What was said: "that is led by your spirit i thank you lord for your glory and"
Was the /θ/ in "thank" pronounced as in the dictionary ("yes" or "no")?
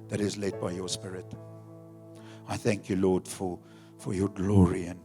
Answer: yes